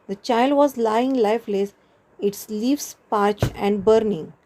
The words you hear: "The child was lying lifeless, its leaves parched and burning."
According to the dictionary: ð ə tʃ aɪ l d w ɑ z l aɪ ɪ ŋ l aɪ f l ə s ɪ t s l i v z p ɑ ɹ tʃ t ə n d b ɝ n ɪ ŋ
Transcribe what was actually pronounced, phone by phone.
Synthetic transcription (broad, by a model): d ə tʃ aɪ l d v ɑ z l aɪ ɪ ŋ l aɪ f l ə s ɪ t s l i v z p ɑ ɹ tʃ ə n d b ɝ n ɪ ŋ